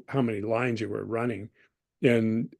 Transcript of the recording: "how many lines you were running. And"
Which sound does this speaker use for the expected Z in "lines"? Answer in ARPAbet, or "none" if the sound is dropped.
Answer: Z